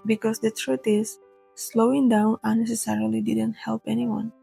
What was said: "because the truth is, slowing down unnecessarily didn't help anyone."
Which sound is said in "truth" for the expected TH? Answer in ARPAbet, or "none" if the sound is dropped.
T